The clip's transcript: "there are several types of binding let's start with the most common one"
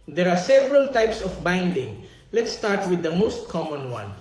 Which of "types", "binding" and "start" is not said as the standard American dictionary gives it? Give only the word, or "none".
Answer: none